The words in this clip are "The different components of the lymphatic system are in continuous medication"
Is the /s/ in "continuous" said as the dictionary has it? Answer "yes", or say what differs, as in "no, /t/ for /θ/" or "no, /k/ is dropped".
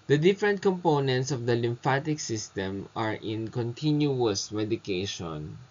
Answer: yes